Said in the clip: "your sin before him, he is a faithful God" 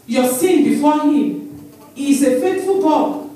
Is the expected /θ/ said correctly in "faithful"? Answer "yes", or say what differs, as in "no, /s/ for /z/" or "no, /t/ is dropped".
no, /t/ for /θ/